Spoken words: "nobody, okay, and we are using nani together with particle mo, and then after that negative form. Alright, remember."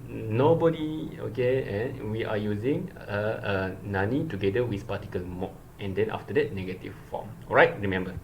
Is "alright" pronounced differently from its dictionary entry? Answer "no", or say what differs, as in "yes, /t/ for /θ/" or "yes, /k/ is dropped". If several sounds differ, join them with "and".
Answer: yes, /l/ is dropped